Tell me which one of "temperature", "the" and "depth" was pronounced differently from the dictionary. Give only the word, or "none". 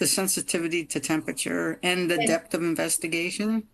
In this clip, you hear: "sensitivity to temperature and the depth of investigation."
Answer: none